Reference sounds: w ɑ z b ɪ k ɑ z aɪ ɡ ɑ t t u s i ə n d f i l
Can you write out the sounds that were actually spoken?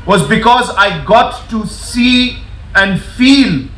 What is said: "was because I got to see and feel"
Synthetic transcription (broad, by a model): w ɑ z b ɪ k ɑ z aɪ ɡ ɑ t t u s i ə n d f i l